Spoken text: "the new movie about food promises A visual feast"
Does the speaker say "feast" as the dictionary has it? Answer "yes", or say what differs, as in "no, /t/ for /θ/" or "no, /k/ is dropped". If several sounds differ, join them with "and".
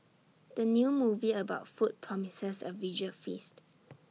yes